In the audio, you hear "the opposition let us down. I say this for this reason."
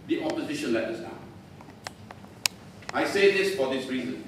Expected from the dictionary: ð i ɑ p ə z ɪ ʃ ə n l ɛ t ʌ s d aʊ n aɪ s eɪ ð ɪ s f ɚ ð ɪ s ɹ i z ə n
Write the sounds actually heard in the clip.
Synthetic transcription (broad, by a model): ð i ɑ p ə z ɪ ʃ ə n l ɛ t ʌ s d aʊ aɪ s eɪ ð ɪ s f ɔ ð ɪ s ɹ i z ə n